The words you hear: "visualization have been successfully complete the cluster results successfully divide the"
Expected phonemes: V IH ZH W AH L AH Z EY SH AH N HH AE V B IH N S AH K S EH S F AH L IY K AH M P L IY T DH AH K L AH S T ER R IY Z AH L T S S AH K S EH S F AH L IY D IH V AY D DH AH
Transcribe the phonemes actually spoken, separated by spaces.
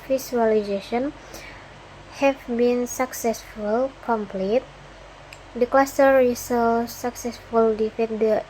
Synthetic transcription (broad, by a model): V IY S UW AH L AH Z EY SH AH N HH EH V B IH N S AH K S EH S F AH L K AH M P L IY T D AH K L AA S T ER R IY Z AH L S S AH K S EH S F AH L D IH F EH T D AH